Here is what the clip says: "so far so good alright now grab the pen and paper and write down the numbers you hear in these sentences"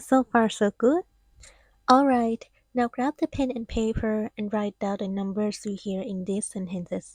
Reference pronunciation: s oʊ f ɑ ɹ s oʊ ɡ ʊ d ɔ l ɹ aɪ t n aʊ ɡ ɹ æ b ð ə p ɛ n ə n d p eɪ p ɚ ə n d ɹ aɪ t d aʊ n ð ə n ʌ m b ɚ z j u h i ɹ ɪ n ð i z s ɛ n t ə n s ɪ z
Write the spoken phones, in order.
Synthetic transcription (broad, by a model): s oʊ f ɑ ɹ s oʊ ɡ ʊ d ɔ l ɹ aɪ t n aʊ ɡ ɹ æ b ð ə p ɛ n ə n p eɪ p ɚ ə n ɹ aɪ t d aʊ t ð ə n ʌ m b ɚ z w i h i ɹ ɪ n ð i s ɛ n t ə n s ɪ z